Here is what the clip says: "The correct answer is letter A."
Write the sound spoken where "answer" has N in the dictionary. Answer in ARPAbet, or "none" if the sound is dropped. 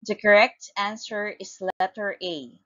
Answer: N